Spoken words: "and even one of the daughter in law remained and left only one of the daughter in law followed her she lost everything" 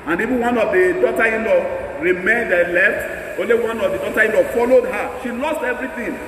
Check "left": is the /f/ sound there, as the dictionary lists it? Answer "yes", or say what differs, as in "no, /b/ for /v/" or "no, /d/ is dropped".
yes